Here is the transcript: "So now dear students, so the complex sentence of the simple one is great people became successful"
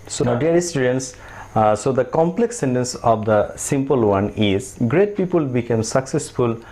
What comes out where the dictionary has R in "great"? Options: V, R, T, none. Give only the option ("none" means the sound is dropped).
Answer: R